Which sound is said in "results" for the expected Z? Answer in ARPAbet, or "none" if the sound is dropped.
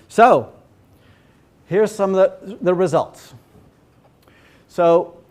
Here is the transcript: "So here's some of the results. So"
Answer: Z